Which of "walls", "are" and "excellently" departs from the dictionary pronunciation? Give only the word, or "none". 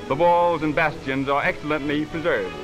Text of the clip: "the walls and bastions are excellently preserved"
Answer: none